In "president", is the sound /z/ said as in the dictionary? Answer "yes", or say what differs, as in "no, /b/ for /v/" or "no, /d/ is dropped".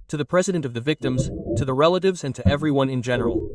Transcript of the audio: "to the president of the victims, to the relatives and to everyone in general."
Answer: yes